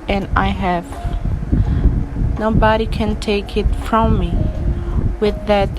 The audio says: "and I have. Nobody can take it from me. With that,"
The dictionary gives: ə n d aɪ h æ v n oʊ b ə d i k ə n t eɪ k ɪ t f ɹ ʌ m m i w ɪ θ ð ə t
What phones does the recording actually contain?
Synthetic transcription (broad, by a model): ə n aɪ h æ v n oʊ b ə d i k ə n t eɪ k ɪ t f ɹ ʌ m m i w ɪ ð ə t